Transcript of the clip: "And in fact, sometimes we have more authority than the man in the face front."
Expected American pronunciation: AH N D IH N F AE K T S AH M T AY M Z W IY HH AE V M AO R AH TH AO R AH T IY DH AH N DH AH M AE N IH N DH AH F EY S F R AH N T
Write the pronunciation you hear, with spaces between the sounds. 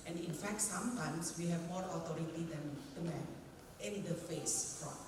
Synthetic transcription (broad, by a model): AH N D IH N F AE K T S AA M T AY M S W IY HH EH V M AO R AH T AO R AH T IY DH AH N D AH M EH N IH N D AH F EY S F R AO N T